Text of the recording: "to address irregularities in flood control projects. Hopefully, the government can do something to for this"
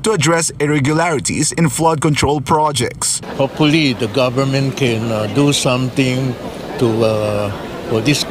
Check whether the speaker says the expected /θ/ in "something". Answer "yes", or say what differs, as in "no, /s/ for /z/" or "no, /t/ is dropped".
no, /t/ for /θ/